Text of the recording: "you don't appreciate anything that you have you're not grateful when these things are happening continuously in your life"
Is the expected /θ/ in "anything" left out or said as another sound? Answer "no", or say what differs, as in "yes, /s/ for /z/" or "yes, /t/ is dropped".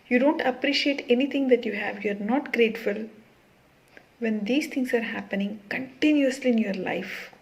yes, /t/ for /θ/